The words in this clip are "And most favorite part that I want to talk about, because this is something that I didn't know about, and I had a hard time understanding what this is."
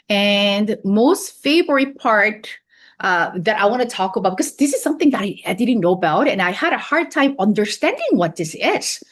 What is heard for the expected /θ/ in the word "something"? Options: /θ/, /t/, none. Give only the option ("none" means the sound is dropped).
/θ/